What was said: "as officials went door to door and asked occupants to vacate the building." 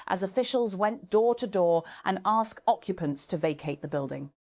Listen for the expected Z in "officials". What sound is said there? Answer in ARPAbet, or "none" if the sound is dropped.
Z